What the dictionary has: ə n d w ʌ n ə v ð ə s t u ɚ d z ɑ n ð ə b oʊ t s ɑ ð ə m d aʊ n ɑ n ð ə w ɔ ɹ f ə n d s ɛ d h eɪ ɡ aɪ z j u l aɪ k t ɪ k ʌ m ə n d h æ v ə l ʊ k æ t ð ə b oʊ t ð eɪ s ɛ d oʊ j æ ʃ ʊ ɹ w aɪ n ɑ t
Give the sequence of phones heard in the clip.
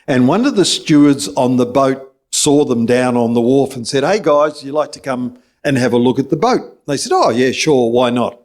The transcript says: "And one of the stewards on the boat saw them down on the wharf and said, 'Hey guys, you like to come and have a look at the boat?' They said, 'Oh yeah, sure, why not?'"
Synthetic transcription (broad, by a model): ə n w ʌ n ə v ð ə s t u ɚ d z n ð ə b oʊ t s ɑ ð ə m d aʊ n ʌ n ð ə w ɔ ɹ f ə n s ɛ d h eɪ ɡ aɪ z j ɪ l aɪ k t ɪ k ʌ m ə n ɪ v ə l ʊ k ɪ t ð ə b oʊ t ð eɪ s ɛ d oʊ j æ ʃ ʊ ɹ w aɪ n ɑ t